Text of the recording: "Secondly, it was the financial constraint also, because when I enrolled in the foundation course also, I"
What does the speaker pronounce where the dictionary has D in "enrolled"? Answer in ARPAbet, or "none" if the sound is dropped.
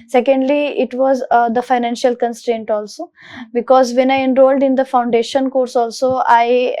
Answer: D